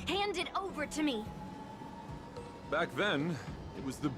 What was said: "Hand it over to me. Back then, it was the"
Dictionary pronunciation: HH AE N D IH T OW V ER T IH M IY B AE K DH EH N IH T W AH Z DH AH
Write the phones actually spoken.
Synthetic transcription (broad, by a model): HH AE N D IH T OW V ER T IH M IY B AE K DH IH N IH T W AH Z DH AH